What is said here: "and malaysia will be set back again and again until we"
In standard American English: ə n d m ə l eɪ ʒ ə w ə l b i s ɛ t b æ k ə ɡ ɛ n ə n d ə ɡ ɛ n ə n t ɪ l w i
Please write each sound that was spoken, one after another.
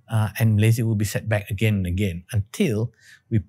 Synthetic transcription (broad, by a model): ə n m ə l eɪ z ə w ə l b i s ɛ t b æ k ə ɡ ɛ n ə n ə ɡ ɛ n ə n t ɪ l w i